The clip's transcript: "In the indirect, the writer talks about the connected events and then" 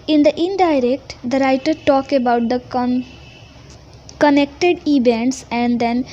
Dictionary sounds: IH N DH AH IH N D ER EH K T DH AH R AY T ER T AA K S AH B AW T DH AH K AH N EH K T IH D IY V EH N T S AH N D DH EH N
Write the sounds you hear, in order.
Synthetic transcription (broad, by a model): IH N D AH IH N D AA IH K T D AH R AY T ER T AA K AH B AW T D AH K AH N EH K T IH D IY V EH N T S AH N D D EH N